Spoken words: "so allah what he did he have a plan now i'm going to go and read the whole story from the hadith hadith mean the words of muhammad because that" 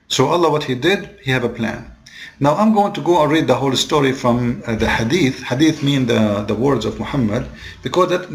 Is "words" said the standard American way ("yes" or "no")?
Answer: yes